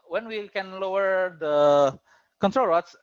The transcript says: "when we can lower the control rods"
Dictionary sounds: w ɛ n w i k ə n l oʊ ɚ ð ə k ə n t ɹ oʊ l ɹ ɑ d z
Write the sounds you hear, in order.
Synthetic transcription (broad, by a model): w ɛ n w i k ə n l oʊ ɚ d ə k ə n t ɹ oʊ l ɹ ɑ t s